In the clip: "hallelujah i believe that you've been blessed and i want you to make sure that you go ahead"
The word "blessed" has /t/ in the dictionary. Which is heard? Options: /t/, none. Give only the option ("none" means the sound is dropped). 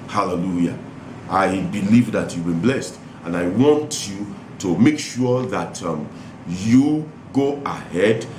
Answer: /t/